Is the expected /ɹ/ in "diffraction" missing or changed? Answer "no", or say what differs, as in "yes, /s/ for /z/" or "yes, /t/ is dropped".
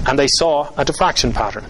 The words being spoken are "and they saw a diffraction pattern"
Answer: no